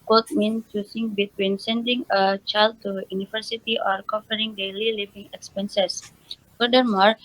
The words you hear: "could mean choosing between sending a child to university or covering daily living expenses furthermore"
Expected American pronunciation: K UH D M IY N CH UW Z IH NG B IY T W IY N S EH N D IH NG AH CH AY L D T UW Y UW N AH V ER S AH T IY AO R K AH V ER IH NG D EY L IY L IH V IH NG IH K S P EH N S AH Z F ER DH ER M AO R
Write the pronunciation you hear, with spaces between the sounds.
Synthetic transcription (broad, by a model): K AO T M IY N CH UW S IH NG B IY T W IY N S EH N D IH NG AH CH AY L D T UW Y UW N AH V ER S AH T IY AO R K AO F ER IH NG D EY L IY L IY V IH NG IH K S P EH N S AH S F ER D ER M AO R